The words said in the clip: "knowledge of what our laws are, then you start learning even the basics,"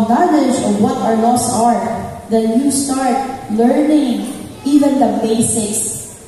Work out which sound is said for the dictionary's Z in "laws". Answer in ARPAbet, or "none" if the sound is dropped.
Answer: S